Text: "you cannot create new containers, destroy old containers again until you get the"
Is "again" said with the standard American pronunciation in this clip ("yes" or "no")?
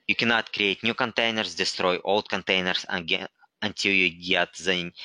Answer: no